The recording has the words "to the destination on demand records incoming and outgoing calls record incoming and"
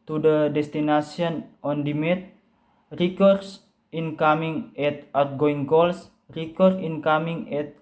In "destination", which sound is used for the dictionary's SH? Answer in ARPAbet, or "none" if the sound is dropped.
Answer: S